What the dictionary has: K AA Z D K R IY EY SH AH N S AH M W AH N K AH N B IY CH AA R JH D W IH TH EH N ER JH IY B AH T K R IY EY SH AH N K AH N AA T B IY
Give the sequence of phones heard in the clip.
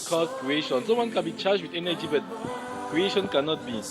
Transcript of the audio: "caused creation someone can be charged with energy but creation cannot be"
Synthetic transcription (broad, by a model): K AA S K R IY EY SH AH N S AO W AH N K AH N B IY CH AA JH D W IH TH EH N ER JH IY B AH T K R IY EY SH AH N K AH N AA T B IY